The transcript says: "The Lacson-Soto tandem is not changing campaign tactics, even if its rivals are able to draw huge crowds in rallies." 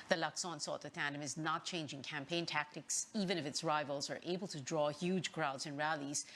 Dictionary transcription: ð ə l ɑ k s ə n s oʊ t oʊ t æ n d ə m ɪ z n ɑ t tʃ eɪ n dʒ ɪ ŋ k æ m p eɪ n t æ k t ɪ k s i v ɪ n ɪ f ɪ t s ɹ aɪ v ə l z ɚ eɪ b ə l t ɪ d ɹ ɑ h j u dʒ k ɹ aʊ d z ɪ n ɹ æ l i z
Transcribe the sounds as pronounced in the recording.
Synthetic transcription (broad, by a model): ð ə l ɑ k s ə n s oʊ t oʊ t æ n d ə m ɪ z n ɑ t tʃ eɪ n dʒ ɪ ŋ k æ m p eɪ n t æ k t ɪ k s i v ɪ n ɪ f ɪ t s ɹ aɪ v ə l z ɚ eɪ b ə l t ɪ d ɹ ɑ h j u dʒ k ɹ aʊ d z ɪ n ɹ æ l i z